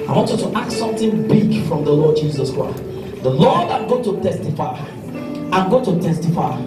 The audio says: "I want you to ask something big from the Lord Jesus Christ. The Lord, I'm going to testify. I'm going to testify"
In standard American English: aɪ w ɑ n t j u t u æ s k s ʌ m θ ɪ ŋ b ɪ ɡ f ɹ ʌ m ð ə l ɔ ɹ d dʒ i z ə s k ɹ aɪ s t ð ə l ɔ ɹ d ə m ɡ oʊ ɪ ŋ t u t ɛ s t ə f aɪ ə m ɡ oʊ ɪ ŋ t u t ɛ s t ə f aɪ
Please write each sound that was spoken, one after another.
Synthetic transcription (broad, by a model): aɪ w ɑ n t j u t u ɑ k s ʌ m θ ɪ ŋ b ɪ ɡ f ɹ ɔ m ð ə l ɔ d dʒ i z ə s k ɹ aɪ s t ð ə l ɔ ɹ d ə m ɡ oʊ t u t ɛ s t ə f aɪ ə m ɡ oʊ t u t ɛ s t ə f aɪ